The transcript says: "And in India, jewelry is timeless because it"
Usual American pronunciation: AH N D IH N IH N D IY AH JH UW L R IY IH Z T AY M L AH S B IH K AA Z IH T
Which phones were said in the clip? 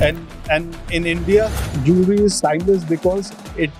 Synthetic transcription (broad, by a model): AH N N IH N IH N D IY AH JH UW R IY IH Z S AY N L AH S B IH K AA Z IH T